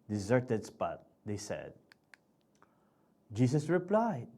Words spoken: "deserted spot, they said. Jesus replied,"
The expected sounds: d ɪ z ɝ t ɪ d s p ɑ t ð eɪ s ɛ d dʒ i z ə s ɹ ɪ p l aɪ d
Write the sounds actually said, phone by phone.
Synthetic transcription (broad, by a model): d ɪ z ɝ t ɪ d s p ɑ t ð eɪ s ɛ d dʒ i s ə s ɹ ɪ p l aɪ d